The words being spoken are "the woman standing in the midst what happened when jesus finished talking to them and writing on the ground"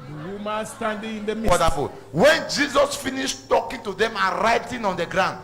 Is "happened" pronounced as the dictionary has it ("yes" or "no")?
no